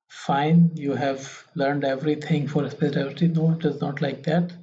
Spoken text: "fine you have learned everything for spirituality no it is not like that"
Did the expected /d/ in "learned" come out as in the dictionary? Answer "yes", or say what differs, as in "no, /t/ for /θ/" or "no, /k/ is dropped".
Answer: yes